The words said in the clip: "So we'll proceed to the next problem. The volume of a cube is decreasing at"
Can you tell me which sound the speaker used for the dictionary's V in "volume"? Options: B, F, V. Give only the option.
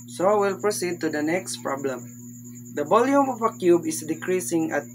B